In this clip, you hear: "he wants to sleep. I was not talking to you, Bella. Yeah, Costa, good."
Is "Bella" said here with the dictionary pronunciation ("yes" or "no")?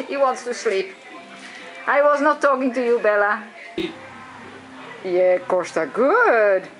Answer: yes